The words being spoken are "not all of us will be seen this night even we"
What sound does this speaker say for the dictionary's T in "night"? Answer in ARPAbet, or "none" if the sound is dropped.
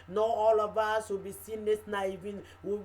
none